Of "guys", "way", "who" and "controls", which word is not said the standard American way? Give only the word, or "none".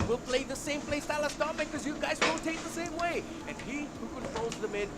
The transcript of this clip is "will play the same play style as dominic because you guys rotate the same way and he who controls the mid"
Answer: none